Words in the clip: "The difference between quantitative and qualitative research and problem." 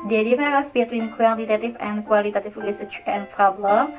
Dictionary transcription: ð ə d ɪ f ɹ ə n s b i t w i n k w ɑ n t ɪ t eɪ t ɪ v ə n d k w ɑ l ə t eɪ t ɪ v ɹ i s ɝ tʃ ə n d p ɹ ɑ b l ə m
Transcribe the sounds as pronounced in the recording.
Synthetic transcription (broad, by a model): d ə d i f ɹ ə s b i t w i n k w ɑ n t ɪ t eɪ t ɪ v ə n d k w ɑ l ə t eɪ t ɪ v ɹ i s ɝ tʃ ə n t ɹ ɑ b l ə